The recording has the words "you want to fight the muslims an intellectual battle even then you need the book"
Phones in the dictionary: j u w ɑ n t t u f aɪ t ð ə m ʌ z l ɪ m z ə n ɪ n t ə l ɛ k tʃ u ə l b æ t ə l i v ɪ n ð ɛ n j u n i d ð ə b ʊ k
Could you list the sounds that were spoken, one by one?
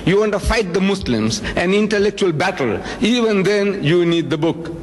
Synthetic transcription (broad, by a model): j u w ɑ n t t u f aɪ t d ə m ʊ s l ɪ m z ə n ɪ n t ə l ɛ k tʃ u ə l b æ t ə l i v ɪ n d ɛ n j u n i d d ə b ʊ k